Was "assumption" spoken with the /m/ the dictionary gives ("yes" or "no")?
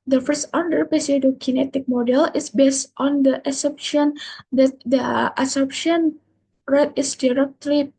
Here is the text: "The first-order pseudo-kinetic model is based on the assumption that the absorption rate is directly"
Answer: no